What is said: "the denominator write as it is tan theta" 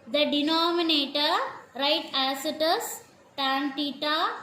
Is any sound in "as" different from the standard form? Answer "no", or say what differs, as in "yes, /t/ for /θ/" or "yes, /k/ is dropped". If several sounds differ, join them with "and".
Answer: yes, /s/ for /z/